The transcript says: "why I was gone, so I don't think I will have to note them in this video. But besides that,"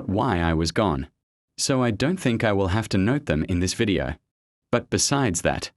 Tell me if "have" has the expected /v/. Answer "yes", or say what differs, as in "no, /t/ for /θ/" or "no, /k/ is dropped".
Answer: no, /f/ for /v/